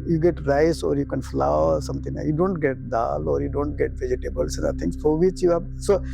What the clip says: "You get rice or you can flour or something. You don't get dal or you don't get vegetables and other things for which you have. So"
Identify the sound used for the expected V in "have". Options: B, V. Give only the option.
B